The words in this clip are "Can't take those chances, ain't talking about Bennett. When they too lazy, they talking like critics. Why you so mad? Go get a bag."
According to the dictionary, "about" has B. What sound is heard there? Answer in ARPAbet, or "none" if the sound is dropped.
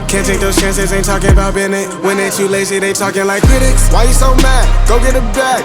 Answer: B